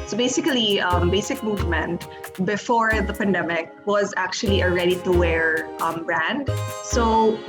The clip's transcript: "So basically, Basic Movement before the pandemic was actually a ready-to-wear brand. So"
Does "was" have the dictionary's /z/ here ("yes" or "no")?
yes